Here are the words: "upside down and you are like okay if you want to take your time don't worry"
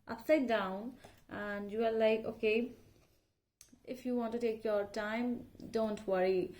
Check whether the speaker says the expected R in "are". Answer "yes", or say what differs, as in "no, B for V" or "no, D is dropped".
no, L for R